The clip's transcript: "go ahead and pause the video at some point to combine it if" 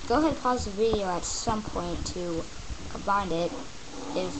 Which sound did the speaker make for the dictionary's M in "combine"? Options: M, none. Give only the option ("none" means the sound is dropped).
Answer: none